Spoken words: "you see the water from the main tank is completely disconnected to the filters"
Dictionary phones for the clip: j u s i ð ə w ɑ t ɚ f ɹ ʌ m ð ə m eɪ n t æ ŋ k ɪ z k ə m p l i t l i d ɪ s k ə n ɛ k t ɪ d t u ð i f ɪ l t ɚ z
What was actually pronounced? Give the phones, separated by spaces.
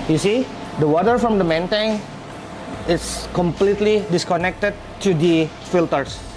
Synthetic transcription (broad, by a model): j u s i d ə w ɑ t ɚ f ɹ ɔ m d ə m eɪ n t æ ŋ ɪ s k ə m p l i t l i d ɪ s k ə n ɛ k t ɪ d t u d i f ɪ l t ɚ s